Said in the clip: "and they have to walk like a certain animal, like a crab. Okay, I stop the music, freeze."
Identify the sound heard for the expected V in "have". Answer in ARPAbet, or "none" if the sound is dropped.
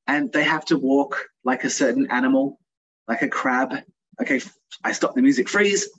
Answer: F